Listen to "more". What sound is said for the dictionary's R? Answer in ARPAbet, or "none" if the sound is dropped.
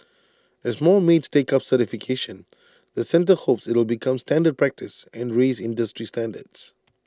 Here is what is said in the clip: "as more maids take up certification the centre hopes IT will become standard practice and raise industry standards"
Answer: L